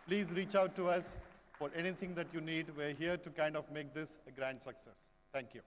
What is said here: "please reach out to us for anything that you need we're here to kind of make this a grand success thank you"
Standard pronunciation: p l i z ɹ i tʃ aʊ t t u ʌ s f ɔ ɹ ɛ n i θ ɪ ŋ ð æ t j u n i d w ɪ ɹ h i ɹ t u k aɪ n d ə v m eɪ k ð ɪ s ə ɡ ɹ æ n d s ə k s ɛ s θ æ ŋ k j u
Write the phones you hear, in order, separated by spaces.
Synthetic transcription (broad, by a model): p l i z ɹ i tʃ aʊ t t u ʌ s f ɔ ɹ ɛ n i t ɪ ŋ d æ t j u n i d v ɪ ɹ h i ɹ t u k aɪ n d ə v m eɪ k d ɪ s ə ɡ ɹ æ n d s ə k s ɛ s t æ ŋ k j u